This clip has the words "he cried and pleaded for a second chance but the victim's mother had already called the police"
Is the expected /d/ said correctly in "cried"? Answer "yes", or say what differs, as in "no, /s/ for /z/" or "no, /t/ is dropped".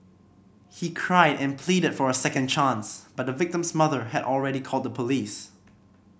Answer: yes